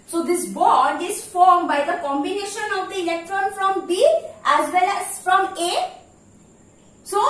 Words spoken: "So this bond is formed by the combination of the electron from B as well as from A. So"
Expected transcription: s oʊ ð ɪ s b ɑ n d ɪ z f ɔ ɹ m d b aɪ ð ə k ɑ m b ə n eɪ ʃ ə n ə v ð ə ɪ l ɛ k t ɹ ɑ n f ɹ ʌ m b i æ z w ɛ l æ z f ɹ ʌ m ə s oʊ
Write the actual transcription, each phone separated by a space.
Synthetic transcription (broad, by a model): s oʊ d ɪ s b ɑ d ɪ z f ɔ ɹ m b aɪ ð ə k ɑ m b ə n eɪ ʃ ə n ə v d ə ɪ l ɛ k t ɹ ɑ n f ɹ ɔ m b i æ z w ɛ l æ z f ɹ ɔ m ə s oʊ